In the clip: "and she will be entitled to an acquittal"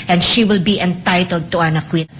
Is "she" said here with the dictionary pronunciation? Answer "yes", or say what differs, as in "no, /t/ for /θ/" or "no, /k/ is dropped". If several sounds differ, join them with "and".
yes